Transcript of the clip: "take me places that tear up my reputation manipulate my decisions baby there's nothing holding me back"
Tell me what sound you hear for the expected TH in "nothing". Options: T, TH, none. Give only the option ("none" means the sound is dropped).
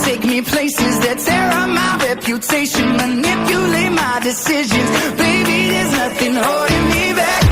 TH